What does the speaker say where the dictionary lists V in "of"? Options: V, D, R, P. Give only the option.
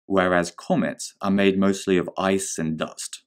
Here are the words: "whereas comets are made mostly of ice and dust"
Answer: V